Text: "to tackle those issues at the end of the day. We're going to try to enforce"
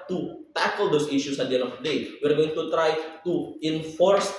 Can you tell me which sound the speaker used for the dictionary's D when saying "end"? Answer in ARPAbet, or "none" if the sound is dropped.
none